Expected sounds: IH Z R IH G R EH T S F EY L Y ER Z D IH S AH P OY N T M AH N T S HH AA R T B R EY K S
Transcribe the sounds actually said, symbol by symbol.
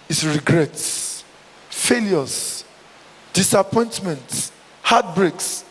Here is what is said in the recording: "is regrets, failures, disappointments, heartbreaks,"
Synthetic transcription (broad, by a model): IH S R IH G R EH T S F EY L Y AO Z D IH S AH P OY N T M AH N T HH AA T B R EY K S